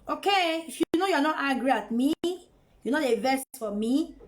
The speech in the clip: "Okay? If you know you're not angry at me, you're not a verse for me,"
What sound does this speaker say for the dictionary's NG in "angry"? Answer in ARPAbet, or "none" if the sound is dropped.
none